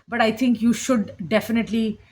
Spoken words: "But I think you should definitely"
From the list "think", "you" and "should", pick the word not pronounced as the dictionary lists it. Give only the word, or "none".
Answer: think